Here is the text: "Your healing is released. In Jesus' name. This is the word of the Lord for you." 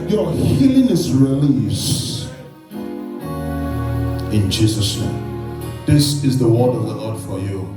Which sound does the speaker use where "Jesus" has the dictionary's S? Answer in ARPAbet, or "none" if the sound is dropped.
S